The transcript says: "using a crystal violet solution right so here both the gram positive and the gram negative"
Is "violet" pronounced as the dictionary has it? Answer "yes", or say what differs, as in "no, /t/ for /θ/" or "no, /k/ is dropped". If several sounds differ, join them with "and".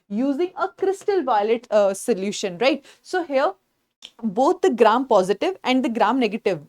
yes